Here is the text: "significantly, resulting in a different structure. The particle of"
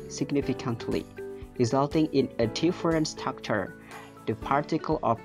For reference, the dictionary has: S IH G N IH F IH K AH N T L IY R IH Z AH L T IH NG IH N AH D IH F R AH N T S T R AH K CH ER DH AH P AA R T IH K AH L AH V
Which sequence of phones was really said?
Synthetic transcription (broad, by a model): S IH G N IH F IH K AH N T L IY R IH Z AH L T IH NG IH N AH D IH F R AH N S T AH K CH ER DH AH P AA R T IH K AH L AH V